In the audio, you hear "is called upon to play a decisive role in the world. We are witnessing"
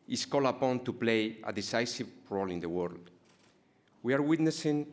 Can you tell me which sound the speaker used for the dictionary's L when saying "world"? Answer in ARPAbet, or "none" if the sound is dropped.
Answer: L